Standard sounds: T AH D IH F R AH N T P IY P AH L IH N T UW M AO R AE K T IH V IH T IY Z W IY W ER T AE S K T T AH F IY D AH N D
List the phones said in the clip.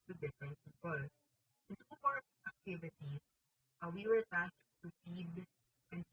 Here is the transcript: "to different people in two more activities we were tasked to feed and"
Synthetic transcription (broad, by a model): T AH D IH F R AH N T P IY P AH L IH N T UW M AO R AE K T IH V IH T IY S W IY W ER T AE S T T AH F IY D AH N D